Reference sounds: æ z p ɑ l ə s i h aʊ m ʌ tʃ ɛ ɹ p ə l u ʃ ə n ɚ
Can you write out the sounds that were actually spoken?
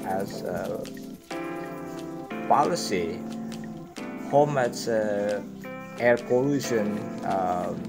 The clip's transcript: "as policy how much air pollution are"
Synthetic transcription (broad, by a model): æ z p ɑ l ə s i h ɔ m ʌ s ɛ ɹ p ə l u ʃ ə n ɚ